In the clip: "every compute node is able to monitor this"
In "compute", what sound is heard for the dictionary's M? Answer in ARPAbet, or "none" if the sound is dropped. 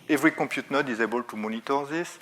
none